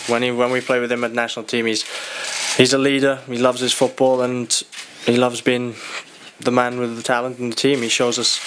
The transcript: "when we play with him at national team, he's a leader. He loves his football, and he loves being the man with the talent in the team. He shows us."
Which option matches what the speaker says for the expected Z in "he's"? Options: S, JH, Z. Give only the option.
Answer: Z